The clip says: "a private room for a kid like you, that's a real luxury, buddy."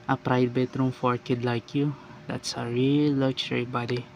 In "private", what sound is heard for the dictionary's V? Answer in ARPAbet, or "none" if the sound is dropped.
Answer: B